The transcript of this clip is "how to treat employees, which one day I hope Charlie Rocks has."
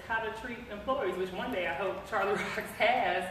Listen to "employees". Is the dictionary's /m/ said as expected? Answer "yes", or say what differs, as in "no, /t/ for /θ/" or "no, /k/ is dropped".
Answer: yes